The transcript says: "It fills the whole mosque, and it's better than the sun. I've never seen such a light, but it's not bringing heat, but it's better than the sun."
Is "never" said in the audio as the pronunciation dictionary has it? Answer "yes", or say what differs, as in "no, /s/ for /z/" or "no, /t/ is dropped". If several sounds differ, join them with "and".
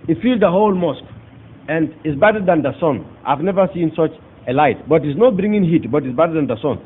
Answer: yes